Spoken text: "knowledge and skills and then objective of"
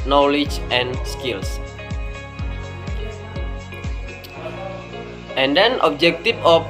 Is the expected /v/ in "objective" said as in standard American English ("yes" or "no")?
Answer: no